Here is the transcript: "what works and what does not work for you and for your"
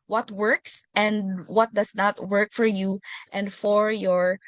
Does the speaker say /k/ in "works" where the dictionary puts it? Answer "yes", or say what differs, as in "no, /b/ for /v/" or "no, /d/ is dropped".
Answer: yes